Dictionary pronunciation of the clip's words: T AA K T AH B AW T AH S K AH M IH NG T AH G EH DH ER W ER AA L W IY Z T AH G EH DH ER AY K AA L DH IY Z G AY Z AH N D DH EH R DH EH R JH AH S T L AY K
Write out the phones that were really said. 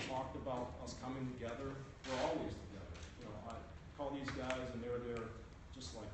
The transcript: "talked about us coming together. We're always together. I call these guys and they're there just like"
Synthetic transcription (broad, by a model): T AA K T AH B AW T AH S K AH M IH NG T AH G EH DH ER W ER AA L W IY Z T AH G EH DH ER AY K AA L DH IY Z G AY Z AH N DH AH R DH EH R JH AH S T L AY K